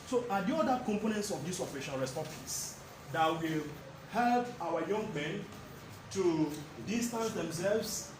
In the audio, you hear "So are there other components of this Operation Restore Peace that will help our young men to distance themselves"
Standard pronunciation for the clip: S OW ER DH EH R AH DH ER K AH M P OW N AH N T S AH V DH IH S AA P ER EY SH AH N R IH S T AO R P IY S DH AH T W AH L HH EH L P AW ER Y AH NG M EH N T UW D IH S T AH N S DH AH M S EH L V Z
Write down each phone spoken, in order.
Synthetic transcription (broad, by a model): S OW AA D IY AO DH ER K AH M P OW N AH N T S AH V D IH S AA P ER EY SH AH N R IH S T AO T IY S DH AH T W AH L HH EH L P AW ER Y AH NG M EH N T UW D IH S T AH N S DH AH M S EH L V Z